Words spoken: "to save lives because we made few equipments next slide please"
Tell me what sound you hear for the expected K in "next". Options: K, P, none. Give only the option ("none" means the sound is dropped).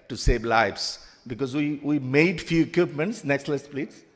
K